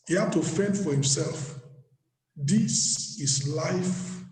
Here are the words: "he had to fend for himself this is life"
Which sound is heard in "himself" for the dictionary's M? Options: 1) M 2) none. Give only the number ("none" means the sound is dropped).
1